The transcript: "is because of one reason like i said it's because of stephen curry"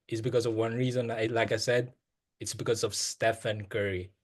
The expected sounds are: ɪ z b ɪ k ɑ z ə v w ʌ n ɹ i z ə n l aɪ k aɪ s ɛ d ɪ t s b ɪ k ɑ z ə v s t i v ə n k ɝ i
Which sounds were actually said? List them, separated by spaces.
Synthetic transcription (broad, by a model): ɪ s b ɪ k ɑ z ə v w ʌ n ɹ i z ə n l aɪ k aɪ s ɛ d ɪ t s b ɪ k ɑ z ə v s t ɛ f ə n k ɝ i